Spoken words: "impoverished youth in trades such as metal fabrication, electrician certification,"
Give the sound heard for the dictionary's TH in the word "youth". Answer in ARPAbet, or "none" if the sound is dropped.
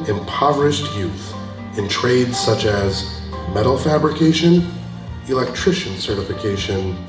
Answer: TH